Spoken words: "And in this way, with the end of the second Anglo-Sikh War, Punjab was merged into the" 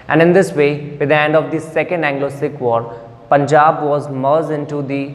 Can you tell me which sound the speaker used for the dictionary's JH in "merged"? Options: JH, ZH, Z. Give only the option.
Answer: Z